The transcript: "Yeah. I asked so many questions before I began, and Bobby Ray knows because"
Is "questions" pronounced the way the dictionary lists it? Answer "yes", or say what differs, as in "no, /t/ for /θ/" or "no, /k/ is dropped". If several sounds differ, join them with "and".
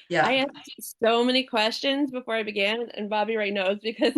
yes